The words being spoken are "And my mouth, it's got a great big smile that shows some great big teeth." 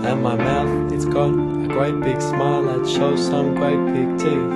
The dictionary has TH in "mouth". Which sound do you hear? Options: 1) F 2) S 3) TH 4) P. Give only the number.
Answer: 3